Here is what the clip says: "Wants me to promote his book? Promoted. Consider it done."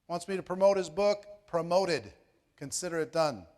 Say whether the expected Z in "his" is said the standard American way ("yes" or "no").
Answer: yes